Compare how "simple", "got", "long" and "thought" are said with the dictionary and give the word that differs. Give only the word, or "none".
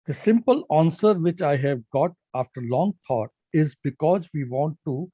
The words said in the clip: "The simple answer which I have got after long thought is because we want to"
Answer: thought